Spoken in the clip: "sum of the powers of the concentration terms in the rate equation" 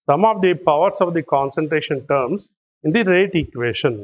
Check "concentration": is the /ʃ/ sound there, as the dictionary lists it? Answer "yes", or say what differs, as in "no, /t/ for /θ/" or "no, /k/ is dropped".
yes